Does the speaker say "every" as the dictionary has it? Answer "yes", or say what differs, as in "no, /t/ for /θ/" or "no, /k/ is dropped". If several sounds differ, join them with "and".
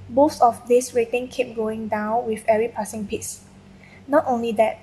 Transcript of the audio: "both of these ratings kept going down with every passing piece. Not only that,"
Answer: no, /v/ is dropped